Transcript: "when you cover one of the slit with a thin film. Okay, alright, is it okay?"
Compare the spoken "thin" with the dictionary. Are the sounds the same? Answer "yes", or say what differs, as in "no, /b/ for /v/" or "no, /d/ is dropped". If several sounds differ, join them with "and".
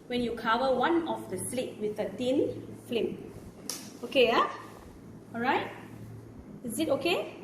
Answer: no, /t/ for /θ/